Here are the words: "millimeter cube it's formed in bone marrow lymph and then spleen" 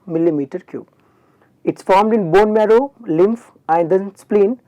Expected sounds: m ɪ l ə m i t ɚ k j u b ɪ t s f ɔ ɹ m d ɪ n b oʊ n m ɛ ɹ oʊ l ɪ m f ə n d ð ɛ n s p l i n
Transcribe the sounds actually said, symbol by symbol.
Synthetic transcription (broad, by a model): m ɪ l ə m i t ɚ k j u ɪ t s f ɔ ɹ m d ɪ n b oʊ n m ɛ ɹ oʊ l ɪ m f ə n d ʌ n s p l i n